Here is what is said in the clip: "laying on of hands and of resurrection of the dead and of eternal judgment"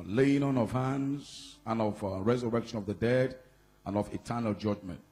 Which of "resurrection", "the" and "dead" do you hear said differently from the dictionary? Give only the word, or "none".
none